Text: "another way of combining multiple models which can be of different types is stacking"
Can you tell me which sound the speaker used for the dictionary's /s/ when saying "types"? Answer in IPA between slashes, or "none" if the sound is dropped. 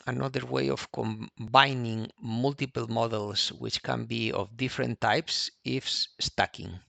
/s/